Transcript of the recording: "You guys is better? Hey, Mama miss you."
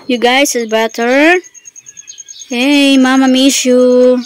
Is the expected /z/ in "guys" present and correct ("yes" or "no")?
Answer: no